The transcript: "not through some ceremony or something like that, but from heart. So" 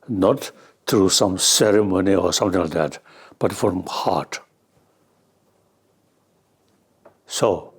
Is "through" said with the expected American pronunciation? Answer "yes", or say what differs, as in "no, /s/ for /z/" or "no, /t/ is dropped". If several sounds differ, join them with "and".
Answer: no, /t/ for /θ/